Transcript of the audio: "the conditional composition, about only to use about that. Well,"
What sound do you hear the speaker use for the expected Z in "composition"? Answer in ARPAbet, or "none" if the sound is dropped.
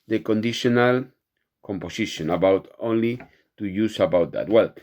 S